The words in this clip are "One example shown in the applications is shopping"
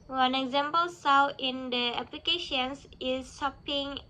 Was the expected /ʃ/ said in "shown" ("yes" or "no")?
no